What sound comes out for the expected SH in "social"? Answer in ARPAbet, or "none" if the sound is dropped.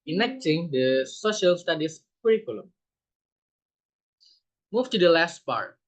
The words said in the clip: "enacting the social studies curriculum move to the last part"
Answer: SH